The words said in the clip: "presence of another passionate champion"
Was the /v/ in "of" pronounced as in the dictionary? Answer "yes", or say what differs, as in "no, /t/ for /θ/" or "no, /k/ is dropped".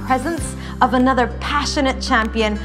yes